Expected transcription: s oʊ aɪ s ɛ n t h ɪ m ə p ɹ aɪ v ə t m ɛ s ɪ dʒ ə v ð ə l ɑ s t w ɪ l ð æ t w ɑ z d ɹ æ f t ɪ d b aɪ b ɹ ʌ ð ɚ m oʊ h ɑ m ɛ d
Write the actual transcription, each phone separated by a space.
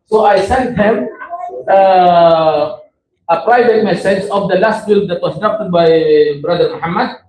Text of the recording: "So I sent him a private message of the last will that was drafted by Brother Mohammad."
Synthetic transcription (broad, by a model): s oʊ aɪ s ɛ n t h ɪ m ə p ɹ aɪ v ə t m ɛ s ɪ dʒ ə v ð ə l ɑ s t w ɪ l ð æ t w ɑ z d ɑ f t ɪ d b aɪ b ɹ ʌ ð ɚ m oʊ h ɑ m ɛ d